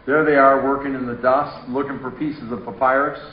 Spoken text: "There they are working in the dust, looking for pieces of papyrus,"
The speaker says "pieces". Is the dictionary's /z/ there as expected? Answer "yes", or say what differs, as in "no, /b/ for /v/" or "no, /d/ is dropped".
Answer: yes